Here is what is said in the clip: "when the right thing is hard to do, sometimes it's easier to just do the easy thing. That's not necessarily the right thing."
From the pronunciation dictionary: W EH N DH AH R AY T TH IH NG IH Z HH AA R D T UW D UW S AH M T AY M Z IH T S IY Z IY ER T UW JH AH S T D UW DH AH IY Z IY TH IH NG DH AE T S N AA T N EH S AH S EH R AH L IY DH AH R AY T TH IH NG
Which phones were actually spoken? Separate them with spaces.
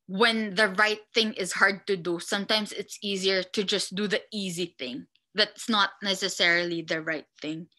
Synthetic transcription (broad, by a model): W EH N DH AH R AY T TH IH NG IH Z HH AA R D T UW D UW S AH M T AY M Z IH T S IY Z IY ER T UW JH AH S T D UW DH AH IY Z IY TH IH NG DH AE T S N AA T N EH S AH S EH R AH L IY DH AH R AY T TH IH NG